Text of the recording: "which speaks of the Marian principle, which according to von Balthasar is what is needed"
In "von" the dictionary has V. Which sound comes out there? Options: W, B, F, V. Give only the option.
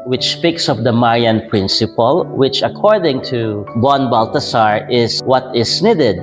B